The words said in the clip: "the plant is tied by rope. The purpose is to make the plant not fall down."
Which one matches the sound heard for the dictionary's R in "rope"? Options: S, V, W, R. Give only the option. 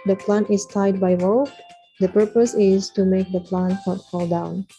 W